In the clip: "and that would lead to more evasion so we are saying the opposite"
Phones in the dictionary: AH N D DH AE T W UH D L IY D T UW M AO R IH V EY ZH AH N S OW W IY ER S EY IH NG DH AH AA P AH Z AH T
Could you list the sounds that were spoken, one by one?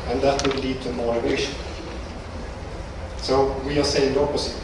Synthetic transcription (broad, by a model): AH N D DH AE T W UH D L IY D T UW M AO R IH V EY SH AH N S OW W IY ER S EY IH NG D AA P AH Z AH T